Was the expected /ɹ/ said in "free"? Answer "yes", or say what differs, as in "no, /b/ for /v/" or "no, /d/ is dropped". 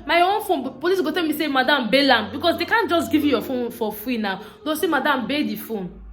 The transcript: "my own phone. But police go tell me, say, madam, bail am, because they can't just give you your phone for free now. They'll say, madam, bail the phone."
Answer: no, /w/ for /ɹ/